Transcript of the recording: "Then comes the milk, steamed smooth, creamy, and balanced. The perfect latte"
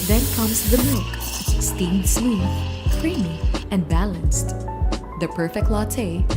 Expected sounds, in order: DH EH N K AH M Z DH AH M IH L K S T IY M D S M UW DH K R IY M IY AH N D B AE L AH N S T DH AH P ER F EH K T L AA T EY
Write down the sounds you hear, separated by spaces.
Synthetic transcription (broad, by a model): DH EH N K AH M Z DH AH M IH K S T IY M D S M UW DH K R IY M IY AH N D B AE L AH N S T DH AH P ER F EH K T L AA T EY